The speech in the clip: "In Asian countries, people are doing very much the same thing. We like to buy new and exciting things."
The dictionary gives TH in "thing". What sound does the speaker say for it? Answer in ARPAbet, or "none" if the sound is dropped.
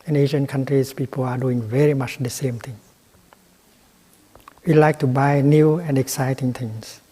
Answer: T